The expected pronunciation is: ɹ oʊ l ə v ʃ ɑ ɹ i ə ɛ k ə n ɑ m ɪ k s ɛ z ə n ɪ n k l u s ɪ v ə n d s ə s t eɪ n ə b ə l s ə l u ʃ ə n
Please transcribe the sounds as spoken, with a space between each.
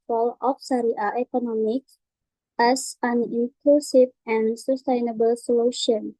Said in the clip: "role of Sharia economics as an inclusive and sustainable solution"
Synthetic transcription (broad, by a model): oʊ l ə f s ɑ ɹ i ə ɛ k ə n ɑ m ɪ k ɛ s ə n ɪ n k l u s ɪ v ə n s ə s t eɪ n ə b ə l s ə l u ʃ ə n